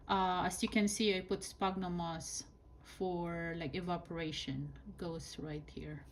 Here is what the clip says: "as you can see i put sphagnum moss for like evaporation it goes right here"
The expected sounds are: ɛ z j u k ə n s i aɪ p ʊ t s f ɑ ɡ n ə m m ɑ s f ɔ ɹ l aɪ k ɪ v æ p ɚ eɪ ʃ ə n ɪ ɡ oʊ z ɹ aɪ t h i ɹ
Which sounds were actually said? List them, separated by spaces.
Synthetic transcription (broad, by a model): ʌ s j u k ə n s i aɪ p ʊ t s p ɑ ɡ n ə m m ɑ s f ɔ ɹ l aɪ k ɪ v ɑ p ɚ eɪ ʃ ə n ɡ oʊ s ɹ aɪ t h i ɹ